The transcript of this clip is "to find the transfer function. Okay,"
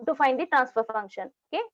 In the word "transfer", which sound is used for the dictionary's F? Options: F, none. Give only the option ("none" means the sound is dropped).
F